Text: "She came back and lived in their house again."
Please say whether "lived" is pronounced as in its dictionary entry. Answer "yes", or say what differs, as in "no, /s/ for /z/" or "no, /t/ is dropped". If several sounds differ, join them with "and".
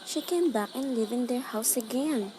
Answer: no, /d/ is dropped